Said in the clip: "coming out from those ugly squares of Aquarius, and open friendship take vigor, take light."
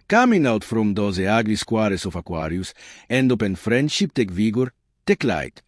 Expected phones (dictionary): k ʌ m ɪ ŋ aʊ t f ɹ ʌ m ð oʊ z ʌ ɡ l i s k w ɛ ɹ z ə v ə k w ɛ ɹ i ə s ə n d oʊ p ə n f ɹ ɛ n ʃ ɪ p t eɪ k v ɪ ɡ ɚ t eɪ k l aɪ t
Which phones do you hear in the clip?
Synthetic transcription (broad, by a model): k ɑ m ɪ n aʊ t f ɹ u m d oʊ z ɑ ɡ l i s k w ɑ ɹ s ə f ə k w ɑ ɹ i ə s ə n d oʊ p ə n f ɹ ɛ n ʃ ɪ p t eɪ k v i ɡ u t eɪ k l aɪ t